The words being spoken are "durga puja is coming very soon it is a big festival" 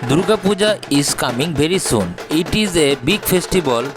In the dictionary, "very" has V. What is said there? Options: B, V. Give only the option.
B